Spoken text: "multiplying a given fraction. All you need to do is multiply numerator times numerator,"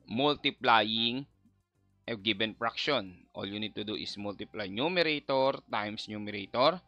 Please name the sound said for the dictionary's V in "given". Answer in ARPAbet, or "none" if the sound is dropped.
B